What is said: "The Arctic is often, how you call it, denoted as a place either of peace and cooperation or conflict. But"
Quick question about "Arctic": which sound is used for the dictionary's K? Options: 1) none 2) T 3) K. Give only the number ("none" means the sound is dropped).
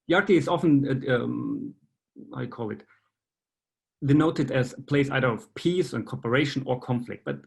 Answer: 1